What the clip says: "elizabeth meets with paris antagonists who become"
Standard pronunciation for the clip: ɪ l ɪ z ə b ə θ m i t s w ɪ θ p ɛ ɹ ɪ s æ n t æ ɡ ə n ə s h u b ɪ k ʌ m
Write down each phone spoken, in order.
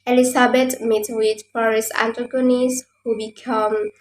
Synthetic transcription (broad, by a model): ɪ l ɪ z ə b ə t m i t w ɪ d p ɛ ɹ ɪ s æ n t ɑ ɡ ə n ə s h u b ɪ k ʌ m